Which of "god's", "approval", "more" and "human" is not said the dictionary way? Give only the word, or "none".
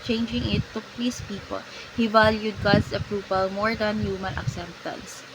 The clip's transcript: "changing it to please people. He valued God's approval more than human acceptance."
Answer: god's